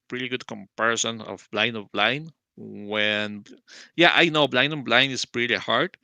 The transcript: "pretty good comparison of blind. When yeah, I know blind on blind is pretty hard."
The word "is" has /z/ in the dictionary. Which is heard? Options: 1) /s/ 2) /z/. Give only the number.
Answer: 1